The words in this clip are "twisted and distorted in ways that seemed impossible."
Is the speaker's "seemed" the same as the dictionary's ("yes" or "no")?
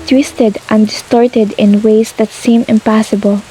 no